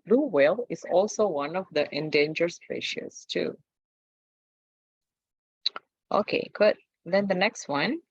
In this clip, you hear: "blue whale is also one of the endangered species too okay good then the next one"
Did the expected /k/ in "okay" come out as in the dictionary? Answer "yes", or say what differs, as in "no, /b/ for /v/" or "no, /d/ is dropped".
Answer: yes